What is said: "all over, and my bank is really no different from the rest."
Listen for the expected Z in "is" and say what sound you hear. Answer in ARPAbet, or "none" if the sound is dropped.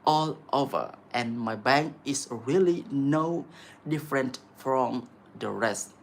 S